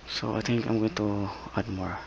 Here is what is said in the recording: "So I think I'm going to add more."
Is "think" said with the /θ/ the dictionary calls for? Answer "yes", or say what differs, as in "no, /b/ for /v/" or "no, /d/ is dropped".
no, /t/ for /θ/